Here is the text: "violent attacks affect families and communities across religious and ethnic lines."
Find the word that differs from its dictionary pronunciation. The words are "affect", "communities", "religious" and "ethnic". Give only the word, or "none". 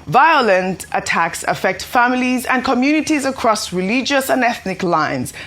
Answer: none